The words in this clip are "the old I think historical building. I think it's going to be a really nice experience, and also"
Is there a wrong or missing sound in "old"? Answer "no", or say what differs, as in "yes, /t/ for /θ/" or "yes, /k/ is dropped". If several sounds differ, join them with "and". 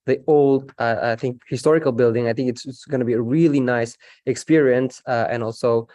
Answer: no